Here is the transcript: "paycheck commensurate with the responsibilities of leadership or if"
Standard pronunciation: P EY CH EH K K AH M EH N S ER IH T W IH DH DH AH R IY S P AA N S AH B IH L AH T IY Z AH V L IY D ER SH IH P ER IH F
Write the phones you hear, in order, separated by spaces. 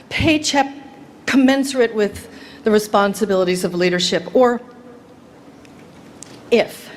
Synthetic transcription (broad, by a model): P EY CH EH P K AH M EH N S ER IH T W IH DH DH AH R IY S P AA N S AH B IH L AH T IY Z AH V L IY D ER SH IH P ER IH F